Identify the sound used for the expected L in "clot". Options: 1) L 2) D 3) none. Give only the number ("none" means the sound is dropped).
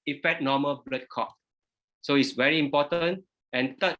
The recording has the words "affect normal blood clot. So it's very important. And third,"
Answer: 3